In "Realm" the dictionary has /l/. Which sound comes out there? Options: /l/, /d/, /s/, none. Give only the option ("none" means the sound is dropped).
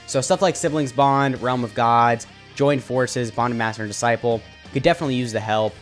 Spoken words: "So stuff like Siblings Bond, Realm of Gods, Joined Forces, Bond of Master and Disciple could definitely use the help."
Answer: /l/